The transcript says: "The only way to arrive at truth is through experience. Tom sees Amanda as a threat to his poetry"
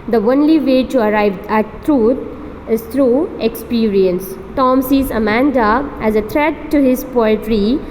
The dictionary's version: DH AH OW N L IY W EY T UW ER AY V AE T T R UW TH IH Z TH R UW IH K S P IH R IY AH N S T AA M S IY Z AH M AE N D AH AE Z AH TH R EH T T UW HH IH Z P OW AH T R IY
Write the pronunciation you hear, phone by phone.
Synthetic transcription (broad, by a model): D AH OW N L IY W EY T UW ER AY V AE T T R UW T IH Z T R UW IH K S P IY R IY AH N S T AA M S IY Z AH M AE N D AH AE Z AH T R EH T T UW HH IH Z P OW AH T R IY